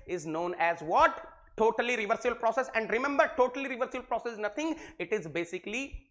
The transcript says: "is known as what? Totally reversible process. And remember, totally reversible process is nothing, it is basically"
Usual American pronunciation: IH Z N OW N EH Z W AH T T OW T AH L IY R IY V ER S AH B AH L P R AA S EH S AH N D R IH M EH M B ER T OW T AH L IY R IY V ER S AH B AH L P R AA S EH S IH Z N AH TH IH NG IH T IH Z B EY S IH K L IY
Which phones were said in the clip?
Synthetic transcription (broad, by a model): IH Z N OW N EH Z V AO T T OW T AH L IY R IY V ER S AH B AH L P R AA S EH S AH N D R IH M EH M B ER T OW T AH L IY R IY V ER S AH B AH L P R AA S EH S N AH T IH NG IH T IH Z B EY S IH K L IY